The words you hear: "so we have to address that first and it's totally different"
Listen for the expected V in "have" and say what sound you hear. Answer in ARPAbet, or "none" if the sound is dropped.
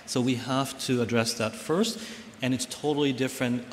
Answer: F